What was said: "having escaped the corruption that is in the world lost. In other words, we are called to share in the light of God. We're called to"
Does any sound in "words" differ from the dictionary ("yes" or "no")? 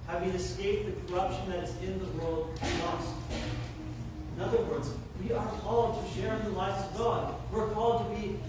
no